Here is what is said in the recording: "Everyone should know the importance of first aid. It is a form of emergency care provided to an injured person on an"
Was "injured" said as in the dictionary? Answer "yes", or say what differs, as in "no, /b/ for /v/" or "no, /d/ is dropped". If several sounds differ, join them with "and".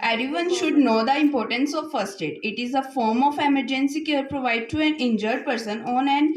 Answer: yes